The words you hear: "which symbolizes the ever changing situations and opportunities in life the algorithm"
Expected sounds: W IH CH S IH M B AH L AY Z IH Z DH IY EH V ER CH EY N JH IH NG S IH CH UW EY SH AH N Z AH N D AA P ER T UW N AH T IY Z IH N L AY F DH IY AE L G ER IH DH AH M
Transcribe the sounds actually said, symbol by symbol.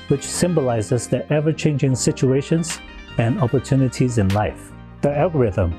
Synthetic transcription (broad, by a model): W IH CH S IH M B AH L AY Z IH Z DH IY EH V ER CH EY N JH IH NG S IH CH UW EY SH AH N Z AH N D AA P ER T UW N AH T IY Z IH N L AY F DH IY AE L G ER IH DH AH M